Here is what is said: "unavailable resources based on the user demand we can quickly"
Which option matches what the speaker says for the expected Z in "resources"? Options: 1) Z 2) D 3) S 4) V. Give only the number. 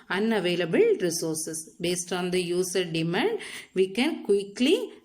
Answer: 3